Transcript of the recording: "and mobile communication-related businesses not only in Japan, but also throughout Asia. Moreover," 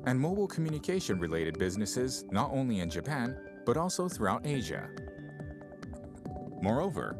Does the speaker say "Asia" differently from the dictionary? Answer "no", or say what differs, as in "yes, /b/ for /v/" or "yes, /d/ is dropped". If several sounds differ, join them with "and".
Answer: no